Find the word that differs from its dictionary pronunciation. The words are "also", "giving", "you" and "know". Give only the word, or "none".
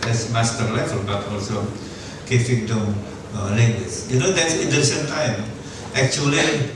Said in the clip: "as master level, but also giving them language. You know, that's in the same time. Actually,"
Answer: giving